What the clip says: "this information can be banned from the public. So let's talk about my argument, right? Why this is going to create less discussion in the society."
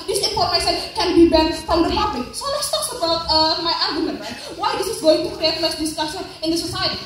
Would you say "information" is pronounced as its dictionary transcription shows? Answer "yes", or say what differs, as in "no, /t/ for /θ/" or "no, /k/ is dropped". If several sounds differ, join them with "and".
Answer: no, /s/ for /ʃ/